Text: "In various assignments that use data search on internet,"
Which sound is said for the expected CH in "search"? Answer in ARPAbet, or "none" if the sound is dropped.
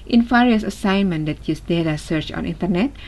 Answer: CH